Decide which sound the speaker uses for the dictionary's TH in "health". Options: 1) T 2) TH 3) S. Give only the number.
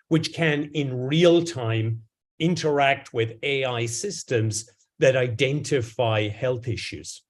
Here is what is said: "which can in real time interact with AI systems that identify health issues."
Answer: 2